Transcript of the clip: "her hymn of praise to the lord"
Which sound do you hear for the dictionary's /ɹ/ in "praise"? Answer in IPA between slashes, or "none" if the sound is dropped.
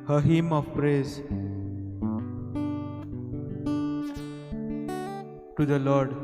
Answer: /ɹ/